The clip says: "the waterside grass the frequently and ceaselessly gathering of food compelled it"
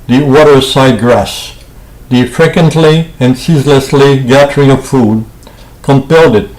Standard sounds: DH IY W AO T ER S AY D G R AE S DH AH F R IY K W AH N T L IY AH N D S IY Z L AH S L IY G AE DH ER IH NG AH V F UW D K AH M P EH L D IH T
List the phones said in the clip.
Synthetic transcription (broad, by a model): DH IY W AO T ER S AY D G R AE S DH AH F R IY K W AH N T L IY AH N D S IY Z L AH S L IY G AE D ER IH NG AH V F UW D K AH M P EH L D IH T